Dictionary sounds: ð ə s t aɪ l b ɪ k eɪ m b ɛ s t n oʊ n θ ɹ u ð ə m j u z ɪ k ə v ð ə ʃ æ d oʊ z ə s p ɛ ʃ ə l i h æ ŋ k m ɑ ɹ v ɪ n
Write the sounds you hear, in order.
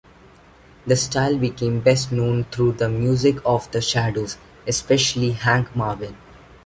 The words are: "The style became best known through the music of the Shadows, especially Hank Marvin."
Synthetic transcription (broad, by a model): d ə s t aɪ l b ɪ k eɪ m b ɛ s t n oʊ n t ɹ u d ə m j u z ɪ k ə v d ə ʃ æ d oʊ z ə s p ɛ ʃ ə l i h æ ŋ k m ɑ ɹ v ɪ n